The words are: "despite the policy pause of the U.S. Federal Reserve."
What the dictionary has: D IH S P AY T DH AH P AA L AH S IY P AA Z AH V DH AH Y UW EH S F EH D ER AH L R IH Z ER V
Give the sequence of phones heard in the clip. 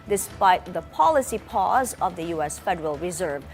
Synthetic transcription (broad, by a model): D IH S P AY T DH AH P AA L AH S IY P AA Z AH V DH AH Y UW EH S F EH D ER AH L R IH Z ER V